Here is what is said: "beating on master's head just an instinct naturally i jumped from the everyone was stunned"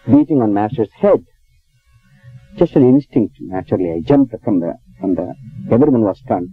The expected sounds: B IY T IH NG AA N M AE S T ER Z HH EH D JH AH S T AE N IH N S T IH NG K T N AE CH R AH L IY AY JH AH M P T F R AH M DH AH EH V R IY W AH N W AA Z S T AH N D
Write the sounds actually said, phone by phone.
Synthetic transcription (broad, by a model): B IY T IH NG AA N M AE S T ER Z HH EH D JH AH S T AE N IH N S T IH NG K T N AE CH R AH L IY AY JH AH M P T F R AH M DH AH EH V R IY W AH N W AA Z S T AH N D